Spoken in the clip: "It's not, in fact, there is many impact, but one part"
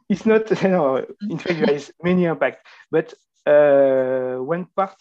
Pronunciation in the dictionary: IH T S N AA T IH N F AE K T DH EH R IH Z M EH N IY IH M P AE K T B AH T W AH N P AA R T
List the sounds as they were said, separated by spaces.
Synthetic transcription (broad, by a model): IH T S N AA T IH N F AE K T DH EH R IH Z M EH N IY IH P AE K T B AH T W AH N P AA R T